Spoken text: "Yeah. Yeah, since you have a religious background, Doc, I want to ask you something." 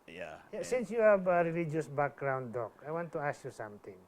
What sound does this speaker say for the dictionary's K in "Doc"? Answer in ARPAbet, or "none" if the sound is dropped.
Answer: K